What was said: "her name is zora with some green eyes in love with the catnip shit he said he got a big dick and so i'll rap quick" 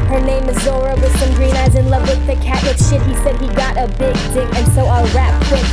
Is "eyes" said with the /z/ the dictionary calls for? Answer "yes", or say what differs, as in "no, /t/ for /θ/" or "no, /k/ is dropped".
yes